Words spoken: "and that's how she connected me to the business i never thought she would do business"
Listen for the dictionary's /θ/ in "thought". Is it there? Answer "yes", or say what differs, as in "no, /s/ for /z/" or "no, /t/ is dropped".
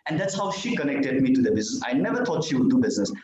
no, /t/ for /θ/